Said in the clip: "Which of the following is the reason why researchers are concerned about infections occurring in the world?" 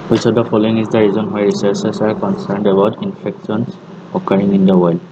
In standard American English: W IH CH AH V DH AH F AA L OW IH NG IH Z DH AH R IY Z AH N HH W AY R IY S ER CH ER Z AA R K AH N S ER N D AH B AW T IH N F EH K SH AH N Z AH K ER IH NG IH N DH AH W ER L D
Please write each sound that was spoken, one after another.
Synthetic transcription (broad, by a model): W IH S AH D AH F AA L OW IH NG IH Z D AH R IY Z AH N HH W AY R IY S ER S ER S AA R K AH N S ER N D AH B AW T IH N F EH K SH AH N S AH K ER IH NG IH N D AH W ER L D